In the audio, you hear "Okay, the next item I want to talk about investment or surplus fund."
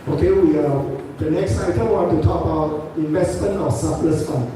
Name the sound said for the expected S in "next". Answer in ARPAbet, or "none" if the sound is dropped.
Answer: S